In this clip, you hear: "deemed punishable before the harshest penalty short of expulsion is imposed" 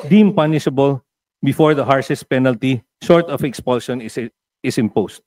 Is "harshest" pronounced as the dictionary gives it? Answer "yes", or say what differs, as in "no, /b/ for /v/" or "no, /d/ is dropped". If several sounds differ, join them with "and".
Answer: no, /s/ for /ʃ/